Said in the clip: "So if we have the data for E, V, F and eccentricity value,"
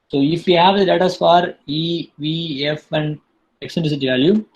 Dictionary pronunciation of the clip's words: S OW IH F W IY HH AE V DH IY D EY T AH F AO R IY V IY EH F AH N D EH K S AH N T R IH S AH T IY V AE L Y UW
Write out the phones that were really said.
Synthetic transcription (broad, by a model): S OW IH F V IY HH AE V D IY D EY T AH F AO R IY V IY EH F AH N D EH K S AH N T IH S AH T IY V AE L Y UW